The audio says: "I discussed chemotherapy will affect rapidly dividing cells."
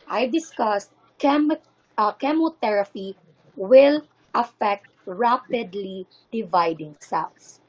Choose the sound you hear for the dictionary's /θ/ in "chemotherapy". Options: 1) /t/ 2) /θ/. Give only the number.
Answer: 1